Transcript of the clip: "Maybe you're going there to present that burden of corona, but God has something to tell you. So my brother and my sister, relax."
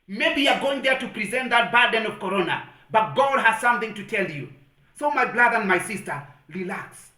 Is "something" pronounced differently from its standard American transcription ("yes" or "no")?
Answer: no